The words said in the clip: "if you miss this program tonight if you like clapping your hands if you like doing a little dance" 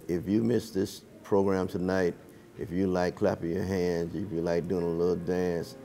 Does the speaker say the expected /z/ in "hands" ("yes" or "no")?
yes